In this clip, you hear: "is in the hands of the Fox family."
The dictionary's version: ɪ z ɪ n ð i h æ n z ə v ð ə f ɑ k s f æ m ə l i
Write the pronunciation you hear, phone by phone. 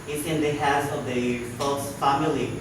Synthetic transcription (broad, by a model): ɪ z ɪ n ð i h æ z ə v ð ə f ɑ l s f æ m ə l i